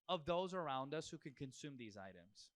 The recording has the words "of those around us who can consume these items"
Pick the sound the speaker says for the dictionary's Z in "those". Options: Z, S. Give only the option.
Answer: Z